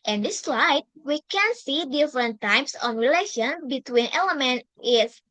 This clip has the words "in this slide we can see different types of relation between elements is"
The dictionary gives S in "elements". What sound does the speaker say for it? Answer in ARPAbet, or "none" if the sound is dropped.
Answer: none